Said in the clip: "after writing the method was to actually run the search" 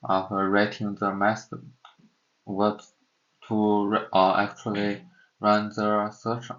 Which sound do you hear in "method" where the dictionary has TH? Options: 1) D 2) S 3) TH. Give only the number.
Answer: 2